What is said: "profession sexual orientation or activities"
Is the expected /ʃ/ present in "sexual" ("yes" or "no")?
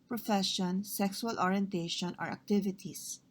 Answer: no